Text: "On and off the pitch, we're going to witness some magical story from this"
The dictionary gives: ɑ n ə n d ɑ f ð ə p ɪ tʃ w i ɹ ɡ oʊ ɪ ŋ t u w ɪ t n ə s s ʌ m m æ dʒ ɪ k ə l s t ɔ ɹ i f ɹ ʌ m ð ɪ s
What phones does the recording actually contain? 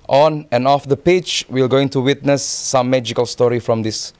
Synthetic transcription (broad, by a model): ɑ n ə n ɑ f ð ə p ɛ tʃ w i l ɡ oʊ ɪ ŋ t u w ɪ t n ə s s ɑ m m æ dʒ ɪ k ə l s t ɔ ɹ i f ɹ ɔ m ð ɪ s